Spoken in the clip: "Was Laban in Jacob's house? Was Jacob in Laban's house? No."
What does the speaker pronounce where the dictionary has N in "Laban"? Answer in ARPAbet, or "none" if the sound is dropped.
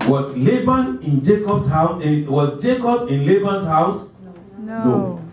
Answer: N